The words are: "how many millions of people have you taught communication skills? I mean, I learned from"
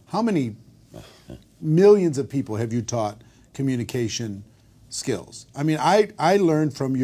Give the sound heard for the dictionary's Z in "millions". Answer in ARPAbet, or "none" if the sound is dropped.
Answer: Z